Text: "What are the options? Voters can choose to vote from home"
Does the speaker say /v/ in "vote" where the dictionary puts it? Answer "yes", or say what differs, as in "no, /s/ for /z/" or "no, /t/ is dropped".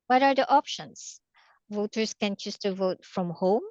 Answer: yes